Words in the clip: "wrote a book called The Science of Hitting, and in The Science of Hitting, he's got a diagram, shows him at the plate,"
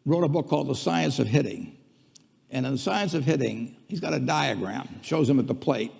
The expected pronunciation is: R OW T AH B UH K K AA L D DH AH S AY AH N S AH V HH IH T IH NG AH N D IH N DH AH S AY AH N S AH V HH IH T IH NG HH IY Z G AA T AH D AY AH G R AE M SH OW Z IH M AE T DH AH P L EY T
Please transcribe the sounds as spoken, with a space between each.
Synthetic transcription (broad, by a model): R OW T AH B UH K K AA L D DH AH S AY AH N S AH V HH IH T IH NG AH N IH N DH AH S AY AH N S AH V HH IH T IH NG HH IY Z G AA T AH D AY AH G R AE M SH OW Z IH M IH T DH AH P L EY T